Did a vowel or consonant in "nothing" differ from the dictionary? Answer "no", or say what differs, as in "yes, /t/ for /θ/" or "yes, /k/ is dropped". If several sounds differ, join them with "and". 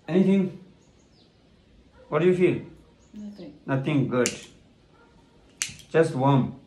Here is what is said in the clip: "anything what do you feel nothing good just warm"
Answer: yes, /t/ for /θ/